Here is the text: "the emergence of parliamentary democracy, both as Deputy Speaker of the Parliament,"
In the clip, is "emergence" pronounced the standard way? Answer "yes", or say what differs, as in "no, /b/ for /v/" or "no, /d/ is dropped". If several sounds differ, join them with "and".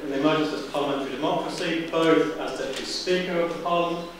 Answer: no, /n/ is dropped